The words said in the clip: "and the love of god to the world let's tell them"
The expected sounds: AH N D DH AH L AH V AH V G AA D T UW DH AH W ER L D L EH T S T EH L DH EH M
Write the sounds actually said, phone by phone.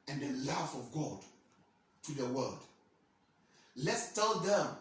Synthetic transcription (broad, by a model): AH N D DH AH L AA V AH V G AA D T UW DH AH W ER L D L EH T S T EH L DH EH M